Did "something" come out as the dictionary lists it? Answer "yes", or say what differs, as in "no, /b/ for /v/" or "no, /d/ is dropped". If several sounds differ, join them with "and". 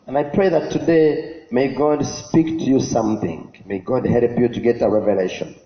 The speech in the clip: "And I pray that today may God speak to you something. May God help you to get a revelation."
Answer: yes